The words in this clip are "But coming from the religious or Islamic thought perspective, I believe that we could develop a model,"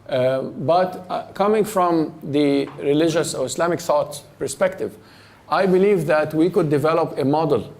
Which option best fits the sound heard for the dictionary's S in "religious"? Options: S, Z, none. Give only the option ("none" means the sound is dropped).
S